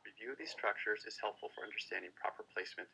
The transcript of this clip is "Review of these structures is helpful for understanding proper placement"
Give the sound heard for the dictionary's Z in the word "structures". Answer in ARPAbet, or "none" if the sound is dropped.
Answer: Z